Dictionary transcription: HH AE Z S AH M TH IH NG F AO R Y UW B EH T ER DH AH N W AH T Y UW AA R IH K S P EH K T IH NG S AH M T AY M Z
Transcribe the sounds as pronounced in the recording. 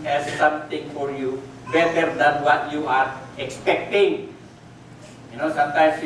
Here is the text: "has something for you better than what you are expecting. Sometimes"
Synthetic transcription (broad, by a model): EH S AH M T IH NG F AO R Y UW B EH T ER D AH N W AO T Y UW AA R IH K S P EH K T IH NG S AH M T AY M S